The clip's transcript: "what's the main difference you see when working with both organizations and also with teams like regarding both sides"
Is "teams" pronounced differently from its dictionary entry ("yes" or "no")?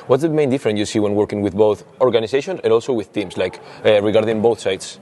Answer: yes